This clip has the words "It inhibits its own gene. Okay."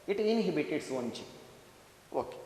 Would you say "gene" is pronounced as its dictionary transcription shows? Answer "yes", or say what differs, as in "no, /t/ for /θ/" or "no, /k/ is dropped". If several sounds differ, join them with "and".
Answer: no, /tʃ/ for /dʒ/ and /n/ is dropped